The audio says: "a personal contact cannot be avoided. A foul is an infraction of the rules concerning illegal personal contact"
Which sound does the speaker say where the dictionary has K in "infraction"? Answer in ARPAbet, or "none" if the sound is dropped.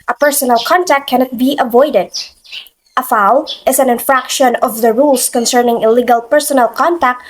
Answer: K